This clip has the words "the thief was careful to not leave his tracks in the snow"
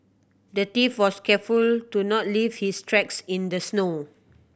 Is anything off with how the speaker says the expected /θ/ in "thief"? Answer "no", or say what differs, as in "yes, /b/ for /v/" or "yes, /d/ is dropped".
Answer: yes, /t/ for /θ/